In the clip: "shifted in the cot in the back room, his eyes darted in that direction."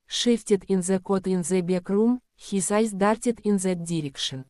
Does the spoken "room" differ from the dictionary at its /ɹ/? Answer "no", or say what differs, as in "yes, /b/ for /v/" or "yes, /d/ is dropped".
no